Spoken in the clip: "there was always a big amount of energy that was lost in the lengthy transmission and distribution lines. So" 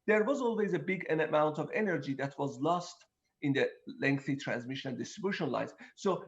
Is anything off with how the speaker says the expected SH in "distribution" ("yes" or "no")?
no